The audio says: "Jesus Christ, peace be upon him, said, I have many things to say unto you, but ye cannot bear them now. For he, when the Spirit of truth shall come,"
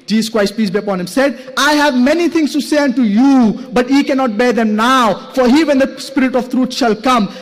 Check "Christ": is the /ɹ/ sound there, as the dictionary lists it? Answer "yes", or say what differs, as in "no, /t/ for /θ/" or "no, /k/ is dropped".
no, /w/ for /ɹ/